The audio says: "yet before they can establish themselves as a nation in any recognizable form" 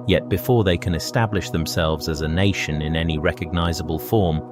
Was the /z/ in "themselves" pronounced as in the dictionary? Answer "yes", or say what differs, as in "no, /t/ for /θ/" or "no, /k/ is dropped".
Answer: yes